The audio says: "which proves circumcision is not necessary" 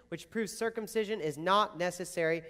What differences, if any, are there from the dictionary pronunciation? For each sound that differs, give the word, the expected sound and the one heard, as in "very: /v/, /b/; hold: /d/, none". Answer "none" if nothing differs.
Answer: none